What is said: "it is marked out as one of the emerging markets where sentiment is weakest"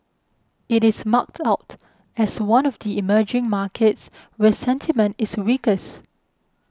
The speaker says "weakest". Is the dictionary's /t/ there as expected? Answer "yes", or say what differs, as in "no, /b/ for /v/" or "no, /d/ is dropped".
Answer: no, /t/ is dropped